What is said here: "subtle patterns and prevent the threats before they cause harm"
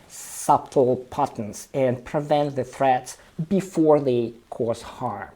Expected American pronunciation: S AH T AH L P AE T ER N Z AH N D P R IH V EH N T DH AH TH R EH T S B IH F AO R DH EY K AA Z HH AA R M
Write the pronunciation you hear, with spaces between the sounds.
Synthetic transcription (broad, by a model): S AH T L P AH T N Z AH N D P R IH V EH N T DH AH TH R EH T S B IH F AO R DH EY K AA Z HH AA R M